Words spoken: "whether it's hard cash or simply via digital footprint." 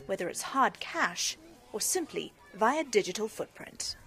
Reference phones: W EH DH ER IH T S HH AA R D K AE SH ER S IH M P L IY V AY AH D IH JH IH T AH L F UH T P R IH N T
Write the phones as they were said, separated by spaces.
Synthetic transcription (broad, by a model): W EH DH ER IH T S HH AA R D K AE SH ER S IH M P L IY V AY AH D IH JH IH T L F UH T P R IH N T